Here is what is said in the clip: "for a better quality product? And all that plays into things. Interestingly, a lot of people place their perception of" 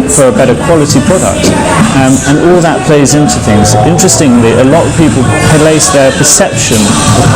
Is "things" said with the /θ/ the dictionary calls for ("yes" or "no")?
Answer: yes